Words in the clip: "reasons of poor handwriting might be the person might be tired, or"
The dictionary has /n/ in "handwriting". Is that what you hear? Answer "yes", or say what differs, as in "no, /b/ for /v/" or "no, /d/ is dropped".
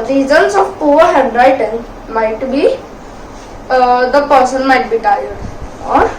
no, /n/ is dropped